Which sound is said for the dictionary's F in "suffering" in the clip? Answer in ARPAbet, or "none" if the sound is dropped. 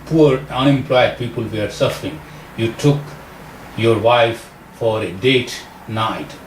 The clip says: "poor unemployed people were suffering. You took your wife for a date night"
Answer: F